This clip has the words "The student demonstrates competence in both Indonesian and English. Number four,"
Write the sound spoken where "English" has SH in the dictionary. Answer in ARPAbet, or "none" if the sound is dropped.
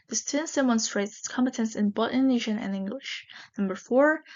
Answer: SH